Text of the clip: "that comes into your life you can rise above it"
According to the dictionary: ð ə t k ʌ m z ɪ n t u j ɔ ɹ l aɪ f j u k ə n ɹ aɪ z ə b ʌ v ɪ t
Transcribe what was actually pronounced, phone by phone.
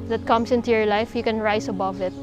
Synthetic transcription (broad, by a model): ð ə t k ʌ m s ɪ n t u j ɔ ɹ l aɪ f j u k ə n ɹ aɪ s ə b ʌ v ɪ t